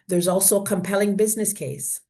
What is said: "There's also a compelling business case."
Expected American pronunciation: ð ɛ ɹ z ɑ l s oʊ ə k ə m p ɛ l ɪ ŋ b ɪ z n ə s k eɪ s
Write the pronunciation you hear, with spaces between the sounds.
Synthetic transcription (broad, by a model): ð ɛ ɹ z ɑ l s oʊ ə k ə m p ɛ l ɪ ŋ b ɪ z n ə s k eɪ s